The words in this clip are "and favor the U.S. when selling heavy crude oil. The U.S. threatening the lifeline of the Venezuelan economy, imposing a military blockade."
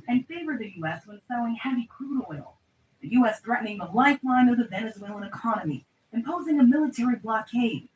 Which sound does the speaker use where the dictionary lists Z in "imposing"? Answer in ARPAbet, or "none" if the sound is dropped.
Z